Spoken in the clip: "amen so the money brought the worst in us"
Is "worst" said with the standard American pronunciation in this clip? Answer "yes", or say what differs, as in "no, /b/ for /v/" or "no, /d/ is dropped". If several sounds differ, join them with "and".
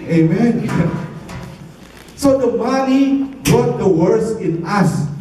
no, /t/ is dropped